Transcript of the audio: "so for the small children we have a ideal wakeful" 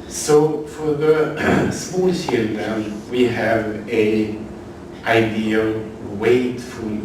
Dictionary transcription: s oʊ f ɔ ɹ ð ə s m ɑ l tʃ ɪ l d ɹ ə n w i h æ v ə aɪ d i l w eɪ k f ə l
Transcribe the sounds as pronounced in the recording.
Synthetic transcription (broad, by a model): s oʊ f ɔ ɹ ð ə s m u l ʃ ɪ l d ə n w i h æ v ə aɪ d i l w eɪ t f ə